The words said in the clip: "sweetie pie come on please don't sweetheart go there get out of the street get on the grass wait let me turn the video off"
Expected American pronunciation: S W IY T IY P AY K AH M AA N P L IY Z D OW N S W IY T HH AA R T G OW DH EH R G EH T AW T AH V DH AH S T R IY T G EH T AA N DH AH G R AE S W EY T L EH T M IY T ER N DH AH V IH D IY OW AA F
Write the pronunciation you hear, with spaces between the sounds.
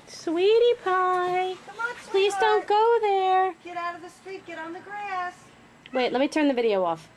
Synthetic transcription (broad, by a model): S W IY T IY P AY P L IY Z D OW N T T G OW DH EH R G EH T AW T AH V DH AH S T R IY T G EH T N DH AH G R AE S W EY T L EH T M IY T ER N DH AH V IH D IY OW AA F